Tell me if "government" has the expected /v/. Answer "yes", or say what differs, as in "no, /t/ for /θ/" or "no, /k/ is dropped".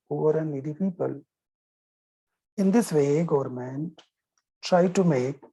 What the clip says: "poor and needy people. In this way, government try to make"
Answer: yes